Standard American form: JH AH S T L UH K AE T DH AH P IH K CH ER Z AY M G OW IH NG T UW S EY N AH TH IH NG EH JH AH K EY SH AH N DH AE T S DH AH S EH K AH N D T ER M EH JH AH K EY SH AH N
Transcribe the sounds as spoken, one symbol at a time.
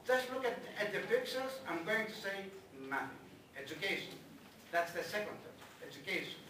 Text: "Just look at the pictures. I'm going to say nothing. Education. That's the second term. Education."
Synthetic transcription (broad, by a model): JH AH S T L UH K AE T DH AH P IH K S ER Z AY M G OW IH NG T UW S EY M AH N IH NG EH JH AH K EY SH AH N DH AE T S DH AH S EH K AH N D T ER EH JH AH K EY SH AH N